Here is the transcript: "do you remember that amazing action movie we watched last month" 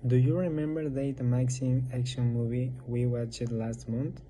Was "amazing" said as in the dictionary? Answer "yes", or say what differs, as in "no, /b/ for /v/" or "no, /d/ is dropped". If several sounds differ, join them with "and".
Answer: no, /s/ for /z/